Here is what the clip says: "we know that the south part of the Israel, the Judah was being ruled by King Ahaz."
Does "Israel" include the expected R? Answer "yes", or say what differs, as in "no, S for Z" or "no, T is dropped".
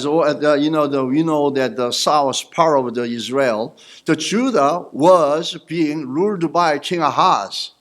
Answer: yes